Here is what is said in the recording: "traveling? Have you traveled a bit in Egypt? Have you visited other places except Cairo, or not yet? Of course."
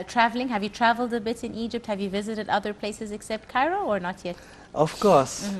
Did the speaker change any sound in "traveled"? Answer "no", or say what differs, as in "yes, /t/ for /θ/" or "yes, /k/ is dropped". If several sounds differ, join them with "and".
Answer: no